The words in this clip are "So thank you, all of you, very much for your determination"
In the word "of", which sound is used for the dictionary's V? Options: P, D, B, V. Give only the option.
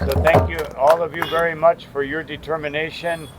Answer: V